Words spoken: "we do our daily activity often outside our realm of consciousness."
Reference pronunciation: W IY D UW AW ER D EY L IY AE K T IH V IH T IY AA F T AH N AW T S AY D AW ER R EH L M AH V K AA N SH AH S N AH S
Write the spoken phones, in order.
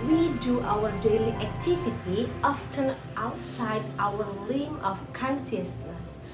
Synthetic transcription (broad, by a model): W IY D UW AW ER D EY L IY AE K T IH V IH T IY AA F T AH N AW T S AY D AW ER L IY M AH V K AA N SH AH S N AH S